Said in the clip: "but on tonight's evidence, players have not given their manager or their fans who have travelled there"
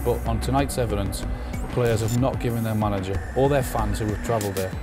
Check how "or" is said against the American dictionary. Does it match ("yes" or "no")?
no